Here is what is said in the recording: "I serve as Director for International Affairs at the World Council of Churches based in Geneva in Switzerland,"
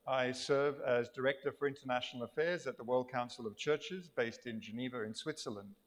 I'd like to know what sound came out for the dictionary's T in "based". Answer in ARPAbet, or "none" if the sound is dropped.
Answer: T